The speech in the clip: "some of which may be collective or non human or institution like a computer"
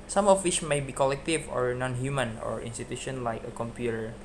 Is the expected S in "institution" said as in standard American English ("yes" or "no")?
yes